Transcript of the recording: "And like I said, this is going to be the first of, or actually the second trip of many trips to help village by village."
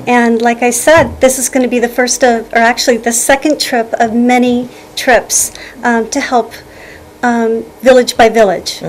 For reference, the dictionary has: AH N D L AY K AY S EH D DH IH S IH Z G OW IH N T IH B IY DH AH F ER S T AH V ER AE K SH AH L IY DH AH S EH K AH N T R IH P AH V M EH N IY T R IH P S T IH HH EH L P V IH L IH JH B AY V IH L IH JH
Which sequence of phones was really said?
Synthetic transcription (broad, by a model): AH N L AY K AY S EH D DH IH S IH Z G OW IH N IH B IY DH AH F ER S T AH V ER AE K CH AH L IY DH AH S EH K AH N T R IH P AH V M EH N IY T R IH P S T IH HH EH L P V IH L IH JH B AY V IH L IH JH